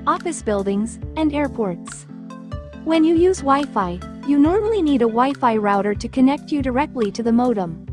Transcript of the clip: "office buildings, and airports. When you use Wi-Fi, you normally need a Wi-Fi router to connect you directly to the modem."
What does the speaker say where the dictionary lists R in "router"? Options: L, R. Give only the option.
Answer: R